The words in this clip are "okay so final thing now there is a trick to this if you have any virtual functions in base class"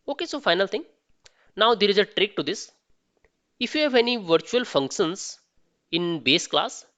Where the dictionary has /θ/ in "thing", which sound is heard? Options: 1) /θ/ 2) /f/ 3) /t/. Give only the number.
3